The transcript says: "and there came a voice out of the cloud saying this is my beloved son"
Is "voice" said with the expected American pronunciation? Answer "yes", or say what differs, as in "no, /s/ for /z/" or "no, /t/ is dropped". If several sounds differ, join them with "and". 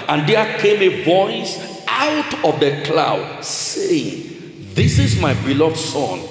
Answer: yes